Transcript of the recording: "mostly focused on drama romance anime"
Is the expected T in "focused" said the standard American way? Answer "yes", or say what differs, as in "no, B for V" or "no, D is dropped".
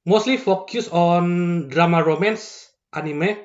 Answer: no, T is dropped